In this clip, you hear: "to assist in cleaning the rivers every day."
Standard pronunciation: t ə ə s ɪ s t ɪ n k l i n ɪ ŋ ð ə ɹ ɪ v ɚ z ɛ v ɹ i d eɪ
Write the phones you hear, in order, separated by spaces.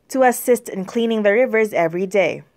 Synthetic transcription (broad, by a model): t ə ə s ɪ s t ɪ n k l i n ɪ ŋ ð ə ɹ ɪ v ɚ z ɛ v ɹ i d eɪ